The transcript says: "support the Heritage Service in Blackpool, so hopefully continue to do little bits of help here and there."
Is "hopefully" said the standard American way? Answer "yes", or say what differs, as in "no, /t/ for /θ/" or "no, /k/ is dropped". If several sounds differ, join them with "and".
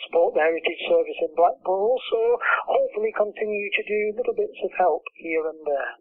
yes